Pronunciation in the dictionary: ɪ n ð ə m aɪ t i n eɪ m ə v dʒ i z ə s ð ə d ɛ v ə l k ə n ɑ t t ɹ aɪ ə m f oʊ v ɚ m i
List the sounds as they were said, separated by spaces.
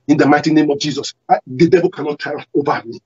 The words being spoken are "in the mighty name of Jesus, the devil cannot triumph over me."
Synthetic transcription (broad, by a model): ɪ n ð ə m aɪ t i n eɪ m ə v dʒ i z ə s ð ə d ɛ v ə l k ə n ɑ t t aɪ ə oʊ v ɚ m i